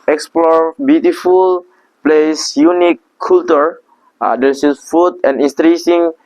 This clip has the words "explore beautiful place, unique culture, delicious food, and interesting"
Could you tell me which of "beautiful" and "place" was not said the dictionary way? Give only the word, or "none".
none